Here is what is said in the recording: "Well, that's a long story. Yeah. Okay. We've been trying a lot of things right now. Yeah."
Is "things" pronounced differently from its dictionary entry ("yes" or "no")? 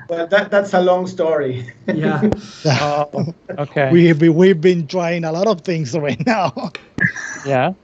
no